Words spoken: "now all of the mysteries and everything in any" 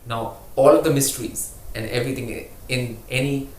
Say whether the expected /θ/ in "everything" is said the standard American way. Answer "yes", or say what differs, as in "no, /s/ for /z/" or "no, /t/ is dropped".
no, /t/ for /θ/